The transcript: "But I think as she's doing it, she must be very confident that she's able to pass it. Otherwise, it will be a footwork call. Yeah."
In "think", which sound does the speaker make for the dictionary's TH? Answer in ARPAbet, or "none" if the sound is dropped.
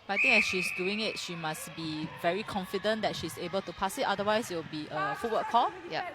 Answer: T